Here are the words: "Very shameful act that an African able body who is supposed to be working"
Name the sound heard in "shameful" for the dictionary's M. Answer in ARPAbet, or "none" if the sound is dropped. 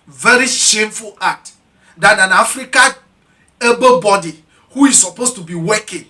M